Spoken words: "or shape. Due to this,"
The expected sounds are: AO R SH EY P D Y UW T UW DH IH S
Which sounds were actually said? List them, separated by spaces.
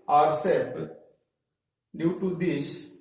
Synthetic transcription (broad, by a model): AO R S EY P D Y UW T UW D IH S